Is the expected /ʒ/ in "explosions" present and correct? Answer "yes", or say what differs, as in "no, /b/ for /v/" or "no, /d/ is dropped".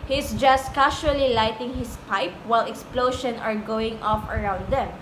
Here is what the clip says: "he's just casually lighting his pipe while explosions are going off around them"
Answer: no, /ʃ/ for /ʒ/